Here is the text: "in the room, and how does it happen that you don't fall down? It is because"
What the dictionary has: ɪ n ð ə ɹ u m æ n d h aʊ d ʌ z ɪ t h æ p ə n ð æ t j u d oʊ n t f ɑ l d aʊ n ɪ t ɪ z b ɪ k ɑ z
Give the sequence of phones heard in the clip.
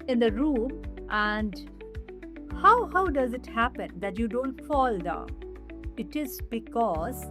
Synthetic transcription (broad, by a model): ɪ n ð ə ɹ u m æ n d h aʊ d ʌ z ɪ t h æ p ə n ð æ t j u d oʊ n t f ɑ l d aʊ ɪ t ɪ z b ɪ k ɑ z